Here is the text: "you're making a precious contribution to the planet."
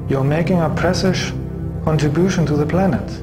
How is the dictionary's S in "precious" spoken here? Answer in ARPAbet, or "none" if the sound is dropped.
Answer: SH